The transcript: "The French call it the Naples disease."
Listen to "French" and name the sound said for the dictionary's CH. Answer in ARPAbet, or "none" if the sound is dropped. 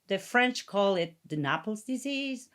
CH